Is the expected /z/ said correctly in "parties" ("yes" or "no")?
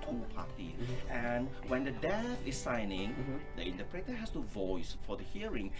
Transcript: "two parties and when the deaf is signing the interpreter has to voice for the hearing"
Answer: no